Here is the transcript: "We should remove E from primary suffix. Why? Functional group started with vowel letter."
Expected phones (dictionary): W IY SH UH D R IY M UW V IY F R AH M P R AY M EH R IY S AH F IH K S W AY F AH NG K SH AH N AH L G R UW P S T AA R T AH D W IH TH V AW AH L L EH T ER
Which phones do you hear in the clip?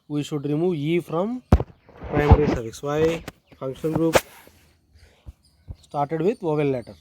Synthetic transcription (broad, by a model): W IY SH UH D R IY M UW V IY F R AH M P R AY M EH R IY S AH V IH S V AY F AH NG K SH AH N G R UW P S T AA R T AH D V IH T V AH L L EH T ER